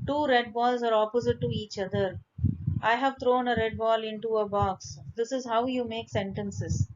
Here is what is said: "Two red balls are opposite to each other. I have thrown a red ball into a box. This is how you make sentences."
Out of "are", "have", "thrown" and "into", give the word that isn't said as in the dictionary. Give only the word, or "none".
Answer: thrown